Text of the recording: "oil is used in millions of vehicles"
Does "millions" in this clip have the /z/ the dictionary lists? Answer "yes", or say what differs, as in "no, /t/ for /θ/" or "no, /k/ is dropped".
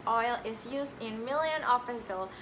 no, /z/ is dropped